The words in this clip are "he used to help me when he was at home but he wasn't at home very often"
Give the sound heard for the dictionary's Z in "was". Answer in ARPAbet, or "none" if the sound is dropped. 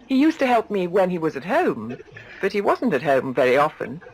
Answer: Z